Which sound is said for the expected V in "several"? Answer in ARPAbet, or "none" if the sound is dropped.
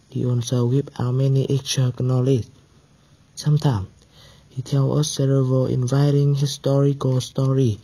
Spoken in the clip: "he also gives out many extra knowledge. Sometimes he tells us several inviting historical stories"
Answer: none